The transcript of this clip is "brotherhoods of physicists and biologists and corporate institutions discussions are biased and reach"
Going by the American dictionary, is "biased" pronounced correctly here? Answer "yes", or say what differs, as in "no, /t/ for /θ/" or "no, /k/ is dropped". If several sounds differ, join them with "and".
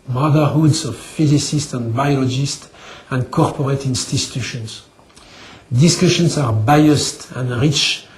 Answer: yes